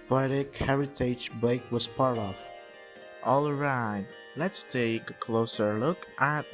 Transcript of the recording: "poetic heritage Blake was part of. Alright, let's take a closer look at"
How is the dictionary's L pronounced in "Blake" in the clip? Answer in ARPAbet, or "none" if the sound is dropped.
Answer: none